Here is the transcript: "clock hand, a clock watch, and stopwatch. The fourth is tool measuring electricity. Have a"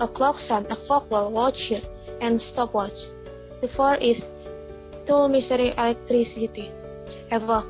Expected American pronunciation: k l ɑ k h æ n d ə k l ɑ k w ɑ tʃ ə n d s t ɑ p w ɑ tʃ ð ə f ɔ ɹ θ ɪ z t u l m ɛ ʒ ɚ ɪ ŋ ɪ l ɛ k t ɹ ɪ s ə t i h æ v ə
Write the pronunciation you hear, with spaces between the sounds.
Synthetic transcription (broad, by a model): k l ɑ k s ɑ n ə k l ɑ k w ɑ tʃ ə n s t ɑ p w ɑ tʃ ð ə f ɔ ɹ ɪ s t u l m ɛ s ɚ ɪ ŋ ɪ l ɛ k t ɹ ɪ s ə t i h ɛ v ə